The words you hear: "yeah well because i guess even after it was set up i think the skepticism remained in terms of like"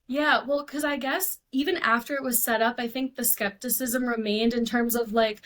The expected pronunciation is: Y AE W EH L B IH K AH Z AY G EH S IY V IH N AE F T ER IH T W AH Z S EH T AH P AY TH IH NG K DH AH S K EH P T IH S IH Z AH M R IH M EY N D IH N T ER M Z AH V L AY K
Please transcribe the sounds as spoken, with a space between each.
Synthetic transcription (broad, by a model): Y AE W EH L K AH Z AY G EH S IY V IH N AE F T ER IH T W AH Z S EH T AH P AY TH IH NG K DH AH S K EH P T IH S IH Z AH M R IH M EY N D IH N T ER M Z AH V L AY K